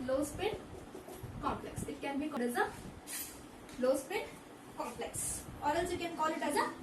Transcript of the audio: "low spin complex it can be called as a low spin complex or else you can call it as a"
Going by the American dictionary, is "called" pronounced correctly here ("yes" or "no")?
no